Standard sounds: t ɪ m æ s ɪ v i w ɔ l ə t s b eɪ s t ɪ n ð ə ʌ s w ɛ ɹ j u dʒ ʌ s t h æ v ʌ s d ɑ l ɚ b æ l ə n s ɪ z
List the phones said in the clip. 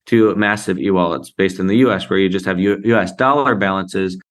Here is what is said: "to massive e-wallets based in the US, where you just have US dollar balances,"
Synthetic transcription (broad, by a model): t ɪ m æ s ɪ v i w ɔ l ə t s b eɪ s t n ð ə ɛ s w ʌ ɹ j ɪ dʒ ʌ s t h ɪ v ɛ s d ɑ l ɚ b æ l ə n s ɪ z